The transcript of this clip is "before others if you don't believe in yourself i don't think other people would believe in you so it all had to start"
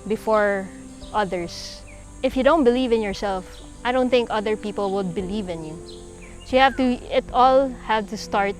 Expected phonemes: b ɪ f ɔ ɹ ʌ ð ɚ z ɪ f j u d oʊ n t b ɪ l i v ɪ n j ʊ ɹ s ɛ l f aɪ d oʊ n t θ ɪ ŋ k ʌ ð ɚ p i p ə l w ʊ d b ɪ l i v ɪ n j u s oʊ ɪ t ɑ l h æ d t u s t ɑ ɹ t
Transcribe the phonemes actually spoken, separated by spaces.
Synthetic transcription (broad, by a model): b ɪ f ɔ ɹ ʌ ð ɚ s ɪ f j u d oʊ n t b ɪ l i v ɪ n j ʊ ɹ s ɛ l f aɪ d oʊ n t θ ɪ ŋ k ʌ ð ɚ p i p ə l w ʊ d b ɪ l i v ɪ n j u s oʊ ɪ t ɑ l h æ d t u s t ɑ ɹ t